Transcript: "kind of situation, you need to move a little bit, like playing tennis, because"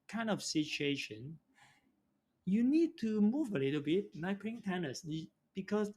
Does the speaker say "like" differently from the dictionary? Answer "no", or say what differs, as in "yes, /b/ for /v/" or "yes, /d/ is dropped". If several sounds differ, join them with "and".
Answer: yes, /n/ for /l/